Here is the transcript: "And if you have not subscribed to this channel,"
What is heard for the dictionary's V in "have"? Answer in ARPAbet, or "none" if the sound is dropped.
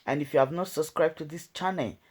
V